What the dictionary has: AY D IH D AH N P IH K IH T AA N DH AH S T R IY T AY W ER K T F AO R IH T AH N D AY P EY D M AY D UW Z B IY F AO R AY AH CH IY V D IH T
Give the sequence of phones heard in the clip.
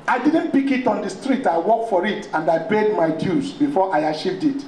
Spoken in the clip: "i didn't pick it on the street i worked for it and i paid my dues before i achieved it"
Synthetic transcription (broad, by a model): AY D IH D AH N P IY K IH T AA N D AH S T R IY T AY W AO K T F AO R IH T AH N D AY B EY D M AY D UW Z B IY F AO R AY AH SH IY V D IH T